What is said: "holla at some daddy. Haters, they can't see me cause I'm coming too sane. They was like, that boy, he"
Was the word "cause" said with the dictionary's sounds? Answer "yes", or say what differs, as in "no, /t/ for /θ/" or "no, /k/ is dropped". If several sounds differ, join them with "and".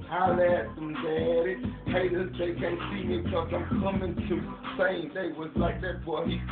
no, /s/ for /z/